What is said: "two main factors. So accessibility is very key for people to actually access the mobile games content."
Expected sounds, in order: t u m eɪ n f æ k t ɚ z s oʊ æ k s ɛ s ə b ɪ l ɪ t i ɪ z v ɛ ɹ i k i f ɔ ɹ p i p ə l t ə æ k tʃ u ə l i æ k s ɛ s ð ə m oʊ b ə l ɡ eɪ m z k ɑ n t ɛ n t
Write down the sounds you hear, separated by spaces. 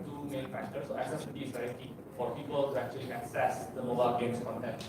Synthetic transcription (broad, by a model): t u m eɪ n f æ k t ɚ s s oʊ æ s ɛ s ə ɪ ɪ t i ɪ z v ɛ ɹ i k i f ɔ ɹ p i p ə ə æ k tʃ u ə l i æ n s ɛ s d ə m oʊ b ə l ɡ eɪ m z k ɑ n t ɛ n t